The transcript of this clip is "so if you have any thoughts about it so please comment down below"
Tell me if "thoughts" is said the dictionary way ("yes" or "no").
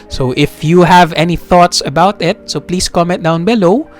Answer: yes